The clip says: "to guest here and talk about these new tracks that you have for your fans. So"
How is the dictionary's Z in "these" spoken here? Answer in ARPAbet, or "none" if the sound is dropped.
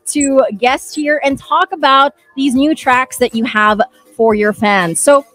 Z